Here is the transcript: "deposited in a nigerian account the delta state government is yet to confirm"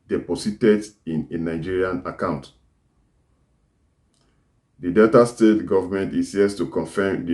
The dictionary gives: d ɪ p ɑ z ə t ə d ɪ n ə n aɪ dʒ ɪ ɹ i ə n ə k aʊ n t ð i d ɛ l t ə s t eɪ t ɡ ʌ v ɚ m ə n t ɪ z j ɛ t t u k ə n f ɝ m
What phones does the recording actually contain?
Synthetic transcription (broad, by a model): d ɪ p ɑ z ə t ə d ɪ n ə n aɪ dʒ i ɹ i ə n ə k aʊ n t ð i d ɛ t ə s t eɪ t ɡ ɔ v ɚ m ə n t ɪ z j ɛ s t u k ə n f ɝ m